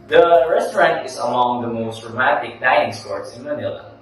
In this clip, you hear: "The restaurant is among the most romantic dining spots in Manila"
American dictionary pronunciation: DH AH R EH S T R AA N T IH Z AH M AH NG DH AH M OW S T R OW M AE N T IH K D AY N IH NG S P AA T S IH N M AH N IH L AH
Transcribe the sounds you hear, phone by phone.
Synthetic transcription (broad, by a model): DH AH R EH S T R AA N T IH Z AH M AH NG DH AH M OW S T R OW M AE N T IH K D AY IH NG S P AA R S IH N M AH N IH L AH